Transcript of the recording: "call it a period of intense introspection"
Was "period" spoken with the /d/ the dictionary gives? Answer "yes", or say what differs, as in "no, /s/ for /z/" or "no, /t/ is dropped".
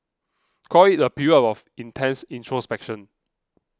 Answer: no, /d/ is dropped